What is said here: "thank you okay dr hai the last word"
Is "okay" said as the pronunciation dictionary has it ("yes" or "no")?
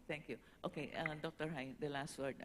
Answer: yes